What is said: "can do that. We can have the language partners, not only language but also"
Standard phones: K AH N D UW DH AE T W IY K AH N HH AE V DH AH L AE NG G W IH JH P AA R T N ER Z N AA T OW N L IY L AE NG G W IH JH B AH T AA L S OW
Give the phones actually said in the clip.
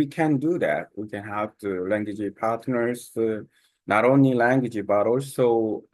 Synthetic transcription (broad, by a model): K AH N D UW DH AE T W IY K AH N HH AE V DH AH L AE NG G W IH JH P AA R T N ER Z N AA T OW N L IY L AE NG G W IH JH B AH T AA L S OW